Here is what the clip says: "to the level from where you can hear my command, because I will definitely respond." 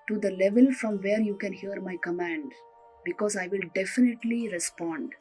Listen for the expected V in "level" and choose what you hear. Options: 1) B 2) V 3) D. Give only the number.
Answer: 2